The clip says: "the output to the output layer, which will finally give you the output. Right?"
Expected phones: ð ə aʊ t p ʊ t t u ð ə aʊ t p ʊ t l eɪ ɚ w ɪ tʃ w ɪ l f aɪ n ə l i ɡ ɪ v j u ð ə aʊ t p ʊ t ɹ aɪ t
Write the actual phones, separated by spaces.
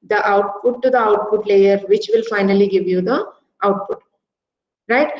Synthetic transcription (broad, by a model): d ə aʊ t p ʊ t t u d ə aʊ t p ʊ t l eɪ ɚ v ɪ tʃ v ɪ l f aɪ n ə l i ɡ ɪ v j u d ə aʊ t p ʊ t ɹ aɪ t